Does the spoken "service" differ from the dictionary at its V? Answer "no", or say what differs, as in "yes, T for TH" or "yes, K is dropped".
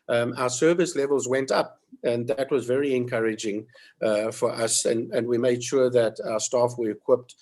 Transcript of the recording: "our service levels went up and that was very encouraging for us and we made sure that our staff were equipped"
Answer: no